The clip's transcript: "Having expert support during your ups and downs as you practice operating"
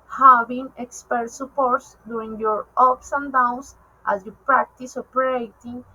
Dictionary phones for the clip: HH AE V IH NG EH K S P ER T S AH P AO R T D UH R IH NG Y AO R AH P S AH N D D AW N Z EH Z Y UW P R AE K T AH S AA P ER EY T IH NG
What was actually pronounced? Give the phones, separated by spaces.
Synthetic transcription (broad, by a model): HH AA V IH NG EH K S P ER T S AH P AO R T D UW IH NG Y AO R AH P S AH N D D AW N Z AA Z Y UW P R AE K T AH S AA P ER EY T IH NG